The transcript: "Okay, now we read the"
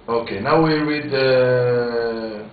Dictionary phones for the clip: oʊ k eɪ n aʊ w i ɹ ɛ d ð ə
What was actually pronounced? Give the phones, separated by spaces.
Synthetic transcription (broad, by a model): oʊ k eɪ n aʊ w i w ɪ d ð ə